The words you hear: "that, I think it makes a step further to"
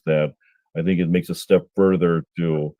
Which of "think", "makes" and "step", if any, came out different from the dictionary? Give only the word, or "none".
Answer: none